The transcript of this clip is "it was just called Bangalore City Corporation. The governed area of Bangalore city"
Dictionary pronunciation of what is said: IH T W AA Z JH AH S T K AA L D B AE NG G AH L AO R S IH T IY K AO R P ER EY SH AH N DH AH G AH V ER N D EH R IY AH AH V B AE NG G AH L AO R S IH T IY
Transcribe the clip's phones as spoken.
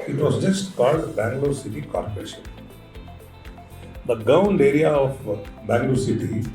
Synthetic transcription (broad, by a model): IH T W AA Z JH AH S T K AA L D B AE NG G L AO S IH T IY K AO R P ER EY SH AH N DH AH G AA UH N D EH R IY AH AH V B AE NG G L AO S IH T IY